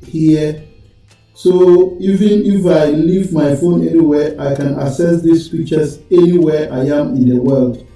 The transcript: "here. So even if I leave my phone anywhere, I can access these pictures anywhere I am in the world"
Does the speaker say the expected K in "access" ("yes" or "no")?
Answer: no